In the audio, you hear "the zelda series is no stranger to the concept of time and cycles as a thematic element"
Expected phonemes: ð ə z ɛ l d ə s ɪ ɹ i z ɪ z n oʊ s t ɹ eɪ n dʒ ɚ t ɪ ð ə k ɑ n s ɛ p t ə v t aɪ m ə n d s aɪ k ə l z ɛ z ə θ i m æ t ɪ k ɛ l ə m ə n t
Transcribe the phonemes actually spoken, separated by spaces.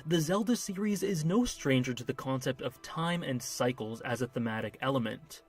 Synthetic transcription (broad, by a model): ð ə z ɛ l d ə s ɪ ɹ i z ɪ z n oʊ s t ɹ eɪ n dʒ ɚ t ɪ ð ə k ɑ n s ɛ p t ə v t aɪ m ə n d s aɪ k l z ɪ z ə θ i m æ t ɪ k ɛ l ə m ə n t